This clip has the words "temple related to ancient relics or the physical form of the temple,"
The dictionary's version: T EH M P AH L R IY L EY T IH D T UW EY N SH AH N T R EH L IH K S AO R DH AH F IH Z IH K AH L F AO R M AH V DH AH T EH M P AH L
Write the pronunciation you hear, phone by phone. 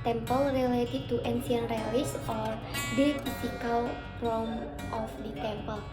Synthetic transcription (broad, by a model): T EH M P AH L R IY L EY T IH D T UW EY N S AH N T R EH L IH S AO R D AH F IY S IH K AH L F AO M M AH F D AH T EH M P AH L